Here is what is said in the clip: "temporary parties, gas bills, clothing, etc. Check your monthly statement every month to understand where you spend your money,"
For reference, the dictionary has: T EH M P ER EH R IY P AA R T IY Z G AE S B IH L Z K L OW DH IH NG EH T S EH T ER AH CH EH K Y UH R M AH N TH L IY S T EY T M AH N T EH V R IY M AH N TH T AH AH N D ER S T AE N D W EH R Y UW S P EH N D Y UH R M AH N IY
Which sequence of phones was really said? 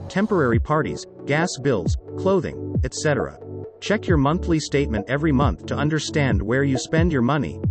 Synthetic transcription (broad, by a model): T EH M P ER EH R IY P AA R T IY Z G AE S B IH L Z K L OW DH IH NG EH T S EH T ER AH CH EH K Y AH R M AH N TH L IY S T EY T M AH N T EH V R IY M AH N TH T AH AH N D ER S T AE N D W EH R Y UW S P EH N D Y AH R M AH N IY